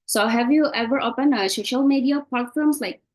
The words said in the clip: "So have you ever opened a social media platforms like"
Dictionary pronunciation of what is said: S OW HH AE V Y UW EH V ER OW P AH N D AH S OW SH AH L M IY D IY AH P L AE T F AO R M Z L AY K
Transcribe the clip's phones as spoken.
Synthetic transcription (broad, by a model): S OW HH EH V Y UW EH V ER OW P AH N AH S OW SH AH L M IY D IY AH P L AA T F AO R M S L AY K